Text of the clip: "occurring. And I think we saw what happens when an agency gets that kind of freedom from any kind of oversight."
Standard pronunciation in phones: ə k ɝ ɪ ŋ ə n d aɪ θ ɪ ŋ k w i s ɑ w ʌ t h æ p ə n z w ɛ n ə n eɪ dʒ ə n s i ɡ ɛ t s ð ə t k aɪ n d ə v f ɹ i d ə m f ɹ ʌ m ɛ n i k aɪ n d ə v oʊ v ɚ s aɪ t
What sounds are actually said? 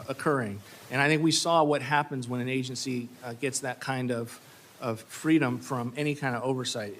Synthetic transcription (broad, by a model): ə k ɝ ɪ ŋ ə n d aɪ θ ɪ ŋ k w i s ɑ w ʌ t h æ p ə n z w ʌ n ə n eɪ dʒ ə n s i ɡ ɛ t s ð ə t k aɪ n d ə v f ɹ i d ə m f ɹ ʌ m ɛ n i k aɪ n d ə v oʊ v ɚ s aɪ t